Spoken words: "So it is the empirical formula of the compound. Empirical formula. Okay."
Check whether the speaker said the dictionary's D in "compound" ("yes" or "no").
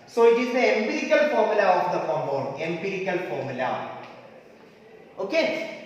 no